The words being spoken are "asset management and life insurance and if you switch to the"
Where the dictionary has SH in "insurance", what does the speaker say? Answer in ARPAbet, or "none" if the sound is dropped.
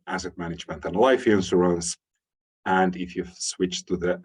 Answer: S